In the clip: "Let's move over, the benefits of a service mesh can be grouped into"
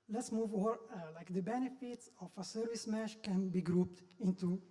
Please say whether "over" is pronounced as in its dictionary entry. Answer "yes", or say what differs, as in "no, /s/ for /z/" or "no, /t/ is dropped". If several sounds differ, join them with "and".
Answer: no, /v/ is dropped